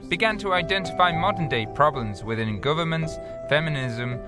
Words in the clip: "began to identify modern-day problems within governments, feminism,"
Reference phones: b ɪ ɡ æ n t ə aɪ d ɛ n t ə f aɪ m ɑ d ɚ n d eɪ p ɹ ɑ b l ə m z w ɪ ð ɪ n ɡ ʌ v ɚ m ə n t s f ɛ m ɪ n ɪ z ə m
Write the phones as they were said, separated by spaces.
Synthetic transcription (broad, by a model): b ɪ ɡ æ n t ə aɪ d ɛ n t ə f aɪ m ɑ d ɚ n d eɪ p ɹ ɑ b l ə m z w ɪ ð ɪ n ɡ ʌ v ɚ m ə n t s f ɛ m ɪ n ɪ z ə m